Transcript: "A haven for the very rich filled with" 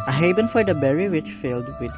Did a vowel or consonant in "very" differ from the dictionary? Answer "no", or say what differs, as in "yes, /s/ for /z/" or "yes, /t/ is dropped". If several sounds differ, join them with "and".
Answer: yes, /b/ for /v/